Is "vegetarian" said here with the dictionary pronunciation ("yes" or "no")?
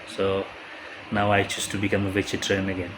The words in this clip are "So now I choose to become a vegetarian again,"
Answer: no